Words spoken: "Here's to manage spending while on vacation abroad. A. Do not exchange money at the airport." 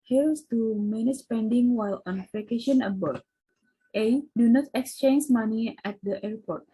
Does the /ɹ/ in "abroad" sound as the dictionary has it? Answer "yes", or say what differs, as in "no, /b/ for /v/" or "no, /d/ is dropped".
no, /ɹ/ is dropped